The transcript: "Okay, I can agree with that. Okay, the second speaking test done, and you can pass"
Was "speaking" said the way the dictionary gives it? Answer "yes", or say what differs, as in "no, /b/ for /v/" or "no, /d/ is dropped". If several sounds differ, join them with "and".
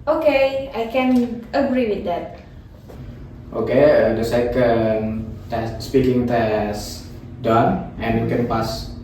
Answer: yes